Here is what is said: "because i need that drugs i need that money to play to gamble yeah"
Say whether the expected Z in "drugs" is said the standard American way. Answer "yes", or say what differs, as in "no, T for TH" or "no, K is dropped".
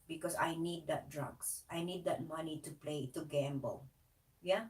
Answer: no, S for Z